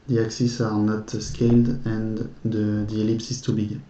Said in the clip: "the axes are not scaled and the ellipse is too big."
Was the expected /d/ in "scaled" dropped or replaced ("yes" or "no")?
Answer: no